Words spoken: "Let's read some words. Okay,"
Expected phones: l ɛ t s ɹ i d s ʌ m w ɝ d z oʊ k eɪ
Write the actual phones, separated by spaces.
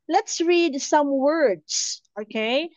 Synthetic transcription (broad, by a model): l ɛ t s ɹ i d s ʌ m w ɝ d s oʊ k eɪ